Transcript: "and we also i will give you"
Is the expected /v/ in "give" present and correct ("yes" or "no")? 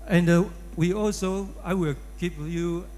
no